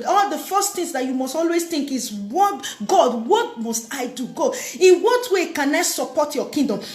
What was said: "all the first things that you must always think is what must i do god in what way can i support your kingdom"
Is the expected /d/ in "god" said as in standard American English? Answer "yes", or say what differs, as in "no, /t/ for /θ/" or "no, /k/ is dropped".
no, /d/ is dropped